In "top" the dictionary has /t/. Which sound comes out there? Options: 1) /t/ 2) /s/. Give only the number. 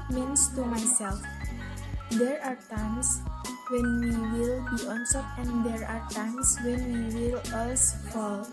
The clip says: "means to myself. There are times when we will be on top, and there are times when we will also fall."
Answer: 2